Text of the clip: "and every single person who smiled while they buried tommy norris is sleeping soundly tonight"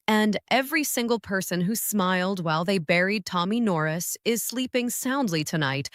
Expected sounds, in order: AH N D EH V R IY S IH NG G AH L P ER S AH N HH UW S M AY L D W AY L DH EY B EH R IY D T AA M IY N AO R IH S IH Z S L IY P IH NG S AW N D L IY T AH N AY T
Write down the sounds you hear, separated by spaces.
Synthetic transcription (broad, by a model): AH N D EH V R IY S IH NG G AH L P ER S AH N HH UW S M AY L D W AY L DH EY B EH R IY D T AA M IY N AO R IH S IH Z S L IY P IH NG S AW N D L IY T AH N AY T